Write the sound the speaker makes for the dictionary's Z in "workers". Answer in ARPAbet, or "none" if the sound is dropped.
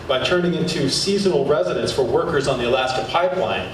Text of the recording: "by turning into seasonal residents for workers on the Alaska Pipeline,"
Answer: Z